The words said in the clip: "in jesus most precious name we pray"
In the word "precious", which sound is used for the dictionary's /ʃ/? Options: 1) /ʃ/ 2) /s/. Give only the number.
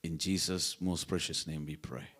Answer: 1